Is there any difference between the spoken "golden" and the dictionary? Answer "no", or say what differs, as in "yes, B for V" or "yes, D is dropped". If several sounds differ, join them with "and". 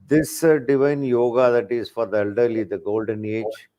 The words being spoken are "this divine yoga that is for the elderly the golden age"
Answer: no